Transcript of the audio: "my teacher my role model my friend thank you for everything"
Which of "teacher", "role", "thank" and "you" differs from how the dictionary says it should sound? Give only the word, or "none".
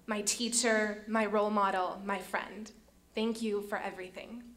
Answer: none